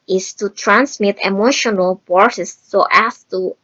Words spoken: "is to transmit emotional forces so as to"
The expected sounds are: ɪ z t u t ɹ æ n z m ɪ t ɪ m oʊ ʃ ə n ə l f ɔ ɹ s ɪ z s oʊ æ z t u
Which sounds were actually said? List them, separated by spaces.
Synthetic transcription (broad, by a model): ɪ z t u t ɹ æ n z m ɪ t ɪ m oʊ ʃ ə n ə l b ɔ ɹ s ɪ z s oʊ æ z t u